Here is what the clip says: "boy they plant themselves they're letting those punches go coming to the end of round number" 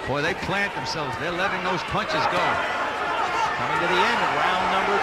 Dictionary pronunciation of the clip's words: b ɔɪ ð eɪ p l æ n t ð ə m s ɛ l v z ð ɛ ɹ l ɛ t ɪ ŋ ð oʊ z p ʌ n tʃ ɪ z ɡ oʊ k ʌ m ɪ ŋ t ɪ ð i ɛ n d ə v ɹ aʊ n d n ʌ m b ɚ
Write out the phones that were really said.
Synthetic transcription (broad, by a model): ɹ ð eɪ p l æ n ð ə m s ɛ l v z ð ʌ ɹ l ɛ t ɪ ŋ ð oʊ z p ʌ n tʃ ɪ z ɡ oʊ k ʌ m ɪ ŋ t ɪ ð i ɛ n d ə v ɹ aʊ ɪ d n ʌ m b ɚ